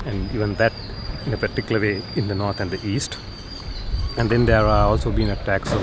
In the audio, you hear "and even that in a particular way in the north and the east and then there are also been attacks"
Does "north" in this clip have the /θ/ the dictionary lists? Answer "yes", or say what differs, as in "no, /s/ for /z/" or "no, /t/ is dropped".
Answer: no, /t/ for /θ/